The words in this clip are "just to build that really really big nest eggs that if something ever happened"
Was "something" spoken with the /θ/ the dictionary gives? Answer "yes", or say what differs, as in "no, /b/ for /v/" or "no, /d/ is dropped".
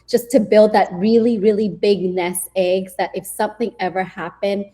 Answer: yes